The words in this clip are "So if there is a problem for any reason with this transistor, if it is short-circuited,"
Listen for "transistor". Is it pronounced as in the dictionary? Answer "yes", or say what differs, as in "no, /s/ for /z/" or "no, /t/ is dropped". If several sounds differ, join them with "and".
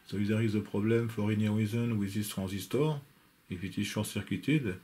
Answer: no, /n/ is dropped